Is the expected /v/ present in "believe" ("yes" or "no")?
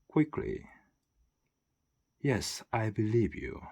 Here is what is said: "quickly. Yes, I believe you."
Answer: yes